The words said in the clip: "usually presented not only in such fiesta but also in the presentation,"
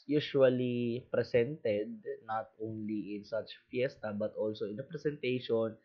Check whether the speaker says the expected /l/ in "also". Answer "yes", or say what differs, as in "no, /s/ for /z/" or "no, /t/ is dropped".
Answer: yes